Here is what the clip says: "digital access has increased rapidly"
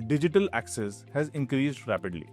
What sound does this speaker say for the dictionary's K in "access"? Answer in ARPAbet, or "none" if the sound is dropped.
K